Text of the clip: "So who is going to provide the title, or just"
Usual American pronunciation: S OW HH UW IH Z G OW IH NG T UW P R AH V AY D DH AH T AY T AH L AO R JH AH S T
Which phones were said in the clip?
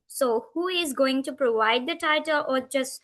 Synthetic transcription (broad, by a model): S OW HH UW IH Z G OW IH NG T UW P R AH V AY D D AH T AY T AH L AO R JH AH S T